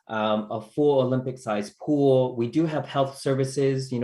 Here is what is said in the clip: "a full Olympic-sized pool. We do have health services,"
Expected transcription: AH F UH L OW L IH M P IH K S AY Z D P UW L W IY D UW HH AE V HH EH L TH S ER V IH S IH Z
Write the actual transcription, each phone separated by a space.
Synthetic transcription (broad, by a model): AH F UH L OW L IH M P IH K S AY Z P UW L W IY D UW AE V HH EH L TH S ER V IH S IH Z